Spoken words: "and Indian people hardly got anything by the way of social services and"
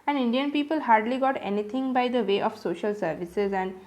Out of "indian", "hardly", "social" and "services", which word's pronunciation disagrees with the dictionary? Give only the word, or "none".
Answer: none